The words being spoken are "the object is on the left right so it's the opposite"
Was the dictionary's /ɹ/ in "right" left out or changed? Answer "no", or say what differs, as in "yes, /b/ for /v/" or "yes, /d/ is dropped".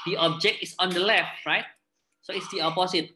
no